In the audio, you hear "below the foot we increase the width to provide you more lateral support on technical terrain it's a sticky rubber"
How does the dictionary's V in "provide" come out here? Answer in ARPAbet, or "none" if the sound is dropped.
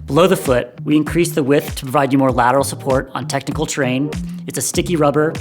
V